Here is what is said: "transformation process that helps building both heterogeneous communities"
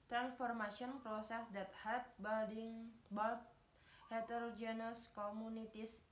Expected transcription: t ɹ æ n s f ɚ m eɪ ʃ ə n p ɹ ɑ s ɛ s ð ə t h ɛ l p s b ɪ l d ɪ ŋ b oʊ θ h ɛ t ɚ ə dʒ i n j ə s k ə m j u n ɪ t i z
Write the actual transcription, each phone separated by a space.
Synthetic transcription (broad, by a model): t ɹ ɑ n s f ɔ m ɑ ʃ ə n p ɹ ɑ s ɛ s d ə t h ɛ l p b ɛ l d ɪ ŋ b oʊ t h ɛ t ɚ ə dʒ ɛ n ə s k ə m u n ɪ t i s